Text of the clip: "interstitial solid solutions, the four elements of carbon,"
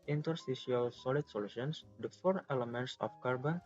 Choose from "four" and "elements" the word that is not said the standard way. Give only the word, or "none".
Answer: none